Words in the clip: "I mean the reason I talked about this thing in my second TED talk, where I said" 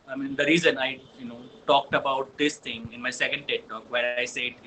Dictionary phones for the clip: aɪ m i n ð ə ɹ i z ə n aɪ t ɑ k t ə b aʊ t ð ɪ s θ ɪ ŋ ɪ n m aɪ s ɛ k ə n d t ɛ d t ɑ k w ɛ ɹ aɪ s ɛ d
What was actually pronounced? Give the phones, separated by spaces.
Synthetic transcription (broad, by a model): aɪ m i n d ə ɹ i z ə n aɪ t ɑ k t ə b aʊ t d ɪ s t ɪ ŋ ɪ n m aɪ s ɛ k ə n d t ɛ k t ɑ k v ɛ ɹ aɪ s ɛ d